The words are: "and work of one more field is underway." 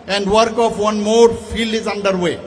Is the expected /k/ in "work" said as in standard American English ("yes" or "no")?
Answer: yes